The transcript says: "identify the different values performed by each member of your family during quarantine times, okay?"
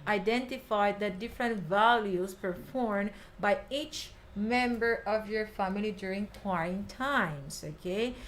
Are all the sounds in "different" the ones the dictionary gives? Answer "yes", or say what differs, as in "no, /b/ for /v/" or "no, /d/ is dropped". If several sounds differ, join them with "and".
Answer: yes